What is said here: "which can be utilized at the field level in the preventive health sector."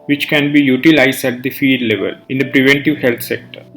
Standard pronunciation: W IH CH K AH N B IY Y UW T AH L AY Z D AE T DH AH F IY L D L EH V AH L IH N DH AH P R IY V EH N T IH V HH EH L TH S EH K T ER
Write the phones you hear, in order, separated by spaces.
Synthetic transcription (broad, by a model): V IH CH K AH N B IY Y UW T AH L AY Z D AE T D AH F IY D L EH V AH L IH N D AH P R IY V EH N T IH V HH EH L T S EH K T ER